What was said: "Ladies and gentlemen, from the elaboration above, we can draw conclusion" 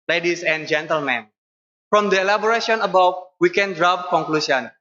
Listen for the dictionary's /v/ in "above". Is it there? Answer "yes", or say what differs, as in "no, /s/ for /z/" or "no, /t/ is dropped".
no, /w/ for /v/